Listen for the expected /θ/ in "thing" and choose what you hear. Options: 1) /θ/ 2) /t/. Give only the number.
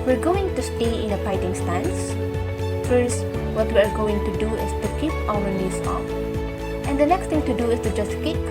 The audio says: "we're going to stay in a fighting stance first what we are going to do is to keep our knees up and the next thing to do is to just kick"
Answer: 2